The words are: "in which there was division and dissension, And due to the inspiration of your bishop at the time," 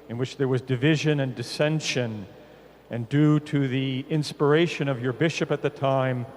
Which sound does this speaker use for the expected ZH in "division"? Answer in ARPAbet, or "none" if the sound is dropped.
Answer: ZH